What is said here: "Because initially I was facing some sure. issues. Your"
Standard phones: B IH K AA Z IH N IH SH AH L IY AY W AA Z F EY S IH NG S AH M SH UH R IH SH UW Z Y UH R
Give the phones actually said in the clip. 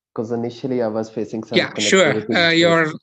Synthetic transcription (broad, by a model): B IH K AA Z IH N IH SH AH L IY AY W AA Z F EY S IH NG S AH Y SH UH R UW Y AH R